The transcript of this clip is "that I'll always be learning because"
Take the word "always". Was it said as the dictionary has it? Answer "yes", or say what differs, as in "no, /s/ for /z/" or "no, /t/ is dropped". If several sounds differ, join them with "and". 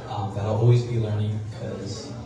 yes